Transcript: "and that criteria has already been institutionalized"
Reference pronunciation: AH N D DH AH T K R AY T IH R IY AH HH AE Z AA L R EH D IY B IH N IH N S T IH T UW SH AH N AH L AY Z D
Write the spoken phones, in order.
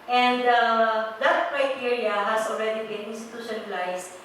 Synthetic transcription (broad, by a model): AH N D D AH T K R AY T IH R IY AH HH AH S AA L R EH D IY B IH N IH N S T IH T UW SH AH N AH L AY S